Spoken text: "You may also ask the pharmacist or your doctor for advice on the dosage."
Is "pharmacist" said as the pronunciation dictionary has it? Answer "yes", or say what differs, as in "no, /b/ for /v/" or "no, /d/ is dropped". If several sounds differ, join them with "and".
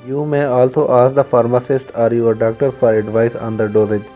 yes